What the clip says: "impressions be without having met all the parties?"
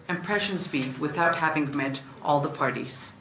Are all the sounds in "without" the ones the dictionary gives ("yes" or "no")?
yes